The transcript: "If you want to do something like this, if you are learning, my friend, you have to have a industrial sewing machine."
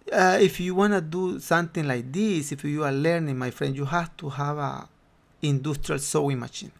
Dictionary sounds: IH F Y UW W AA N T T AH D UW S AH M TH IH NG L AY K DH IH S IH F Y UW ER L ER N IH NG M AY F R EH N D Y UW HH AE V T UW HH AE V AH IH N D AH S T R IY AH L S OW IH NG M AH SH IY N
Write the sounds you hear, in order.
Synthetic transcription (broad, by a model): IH F Y UW W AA N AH D UW S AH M T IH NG L AY K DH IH S IH F Y UW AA L ER N IH NG M AY F R EH N D Y UW HH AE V T UW HH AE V AH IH N D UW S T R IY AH L S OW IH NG M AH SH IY N